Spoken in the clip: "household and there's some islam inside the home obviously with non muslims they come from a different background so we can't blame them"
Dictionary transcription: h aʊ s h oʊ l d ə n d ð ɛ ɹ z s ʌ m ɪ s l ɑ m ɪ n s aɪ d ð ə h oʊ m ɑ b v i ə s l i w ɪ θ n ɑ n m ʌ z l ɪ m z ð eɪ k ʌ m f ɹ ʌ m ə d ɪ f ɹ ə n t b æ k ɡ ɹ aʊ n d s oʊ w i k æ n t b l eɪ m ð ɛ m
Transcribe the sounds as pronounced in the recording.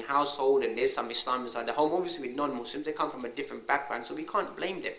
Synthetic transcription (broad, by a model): h aʊ s h oʊ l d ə n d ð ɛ s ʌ m ɪ s l ɑ m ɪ s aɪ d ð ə h oʊ m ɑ v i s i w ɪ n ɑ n m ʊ s l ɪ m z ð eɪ k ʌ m f ɹ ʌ m ə d ɪ f ɹ ə n t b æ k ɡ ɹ aʊ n s oʊ w i k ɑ n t b l eɪ m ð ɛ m